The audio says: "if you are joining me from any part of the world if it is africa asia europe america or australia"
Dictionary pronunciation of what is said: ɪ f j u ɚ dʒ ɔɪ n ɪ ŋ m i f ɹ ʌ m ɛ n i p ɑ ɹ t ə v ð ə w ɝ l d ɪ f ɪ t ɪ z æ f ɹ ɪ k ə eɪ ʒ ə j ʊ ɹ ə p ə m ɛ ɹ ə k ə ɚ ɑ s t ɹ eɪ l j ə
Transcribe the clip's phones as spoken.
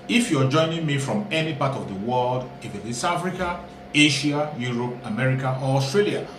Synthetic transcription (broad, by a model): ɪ f j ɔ dʒ ɔɪ n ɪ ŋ m i f ɹ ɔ m ɛ n i p ɑ t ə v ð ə w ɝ l d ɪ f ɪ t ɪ s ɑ f ɹ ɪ k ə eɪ ʃ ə j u ɹ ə p ə m ɛ ɹ ə k ə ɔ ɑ s t ɹ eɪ l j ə